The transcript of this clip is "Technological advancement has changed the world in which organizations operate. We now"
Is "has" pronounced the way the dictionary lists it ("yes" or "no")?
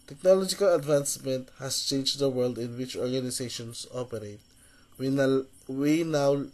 no